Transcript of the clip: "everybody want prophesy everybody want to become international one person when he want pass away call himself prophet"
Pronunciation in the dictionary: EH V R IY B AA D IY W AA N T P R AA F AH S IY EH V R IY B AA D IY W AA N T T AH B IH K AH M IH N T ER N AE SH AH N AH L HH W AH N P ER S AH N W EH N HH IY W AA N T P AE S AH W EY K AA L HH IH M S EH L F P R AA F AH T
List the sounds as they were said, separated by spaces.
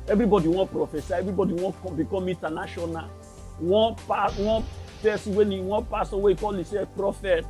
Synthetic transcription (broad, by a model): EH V R IY B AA D IY W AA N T P R AA F AH S IY EH V R IY B AA D IY W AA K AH B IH K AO M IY N T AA N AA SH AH N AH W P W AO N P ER S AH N W EH N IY W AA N P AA S AH W EY K AA L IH S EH P R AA F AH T